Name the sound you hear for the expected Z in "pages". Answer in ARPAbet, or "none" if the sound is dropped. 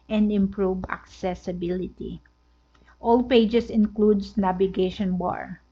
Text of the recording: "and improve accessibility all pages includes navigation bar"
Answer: S